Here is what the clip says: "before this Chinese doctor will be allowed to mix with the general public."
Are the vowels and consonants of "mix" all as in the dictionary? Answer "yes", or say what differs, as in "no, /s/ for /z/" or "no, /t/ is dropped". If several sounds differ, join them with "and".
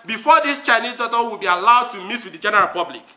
no, /k/ is dropped